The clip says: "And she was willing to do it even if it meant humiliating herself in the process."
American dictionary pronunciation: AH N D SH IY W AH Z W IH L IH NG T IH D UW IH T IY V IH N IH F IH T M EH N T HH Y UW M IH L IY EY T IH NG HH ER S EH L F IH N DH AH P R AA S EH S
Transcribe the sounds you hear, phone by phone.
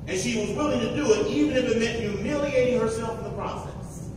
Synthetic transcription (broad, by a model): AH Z SH IY W AH Z W IH L IH NG T IH D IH IH T IY V IH N IH F IH T M EH N T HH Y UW M IH L IY EY T IH NG HH ER S EH L F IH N DH AH P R AA S EH S